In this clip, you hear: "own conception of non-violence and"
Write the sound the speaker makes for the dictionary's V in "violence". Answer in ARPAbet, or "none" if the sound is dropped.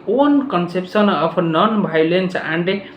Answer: B